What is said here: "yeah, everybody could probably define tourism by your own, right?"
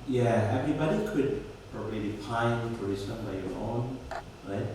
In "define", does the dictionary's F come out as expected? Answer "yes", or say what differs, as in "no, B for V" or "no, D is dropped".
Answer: no, P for F